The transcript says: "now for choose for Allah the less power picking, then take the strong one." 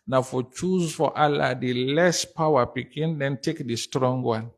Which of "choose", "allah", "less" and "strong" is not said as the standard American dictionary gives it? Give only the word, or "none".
none